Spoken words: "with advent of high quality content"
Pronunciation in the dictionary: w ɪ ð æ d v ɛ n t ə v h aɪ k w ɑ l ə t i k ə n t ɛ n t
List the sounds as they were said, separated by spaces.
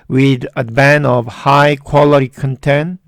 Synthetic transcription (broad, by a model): w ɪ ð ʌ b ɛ n ə v h aɪ k w ɑ l ə t i k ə n t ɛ n